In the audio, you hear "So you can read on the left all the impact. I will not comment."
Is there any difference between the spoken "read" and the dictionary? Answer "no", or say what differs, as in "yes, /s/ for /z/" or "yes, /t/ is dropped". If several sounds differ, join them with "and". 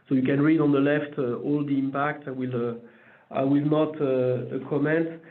no